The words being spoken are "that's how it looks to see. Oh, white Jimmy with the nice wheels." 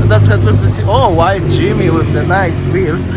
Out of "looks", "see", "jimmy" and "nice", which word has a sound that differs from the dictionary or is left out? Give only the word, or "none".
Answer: looks